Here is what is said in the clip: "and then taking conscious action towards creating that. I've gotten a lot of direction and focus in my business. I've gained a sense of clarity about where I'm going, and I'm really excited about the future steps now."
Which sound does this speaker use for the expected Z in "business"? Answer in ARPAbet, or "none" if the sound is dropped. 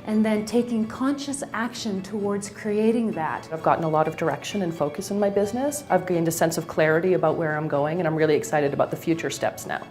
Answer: Z